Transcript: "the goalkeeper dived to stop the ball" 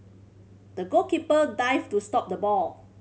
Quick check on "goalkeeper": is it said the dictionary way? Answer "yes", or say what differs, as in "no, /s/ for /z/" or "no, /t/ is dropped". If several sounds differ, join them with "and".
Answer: no, /l/ is dropped